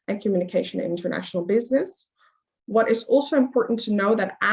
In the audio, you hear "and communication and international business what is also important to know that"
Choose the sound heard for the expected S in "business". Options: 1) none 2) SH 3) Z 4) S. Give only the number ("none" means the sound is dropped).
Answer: 4